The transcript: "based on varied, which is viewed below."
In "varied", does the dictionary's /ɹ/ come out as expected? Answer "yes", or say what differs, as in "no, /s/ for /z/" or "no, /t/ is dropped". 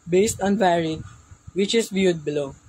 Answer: yes